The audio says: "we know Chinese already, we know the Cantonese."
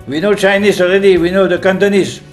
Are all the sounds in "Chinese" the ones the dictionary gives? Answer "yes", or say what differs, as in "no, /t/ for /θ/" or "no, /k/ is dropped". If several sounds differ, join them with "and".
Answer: no, /s/ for /z/